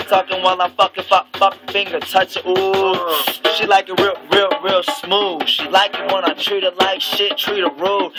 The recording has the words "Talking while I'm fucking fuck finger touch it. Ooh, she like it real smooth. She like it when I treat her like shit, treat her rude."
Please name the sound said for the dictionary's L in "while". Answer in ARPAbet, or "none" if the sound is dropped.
L